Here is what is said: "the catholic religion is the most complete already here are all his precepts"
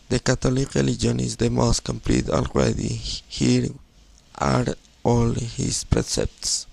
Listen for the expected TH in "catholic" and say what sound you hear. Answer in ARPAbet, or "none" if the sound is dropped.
T